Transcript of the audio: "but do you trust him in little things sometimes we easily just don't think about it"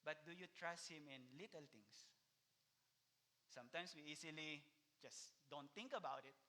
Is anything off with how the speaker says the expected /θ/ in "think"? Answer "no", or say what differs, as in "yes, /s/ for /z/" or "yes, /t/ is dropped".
yes, /t/ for /θ/